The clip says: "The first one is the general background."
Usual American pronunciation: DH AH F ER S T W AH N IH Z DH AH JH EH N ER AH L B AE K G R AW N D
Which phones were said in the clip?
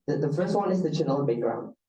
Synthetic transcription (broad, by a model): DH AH F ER S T W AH N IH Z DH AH CH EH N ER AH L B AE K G R AW N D